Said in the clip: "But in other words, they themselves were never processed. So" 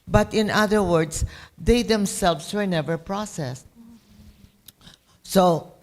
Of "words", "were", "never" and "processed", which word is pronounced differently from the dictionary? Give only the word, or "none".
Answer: words